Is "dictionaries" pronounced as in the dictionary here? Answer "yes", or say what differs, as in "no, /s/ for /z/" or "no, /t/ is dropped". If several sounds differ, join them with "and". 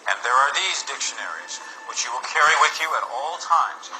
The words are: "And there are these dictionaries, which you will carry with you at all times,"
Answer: yes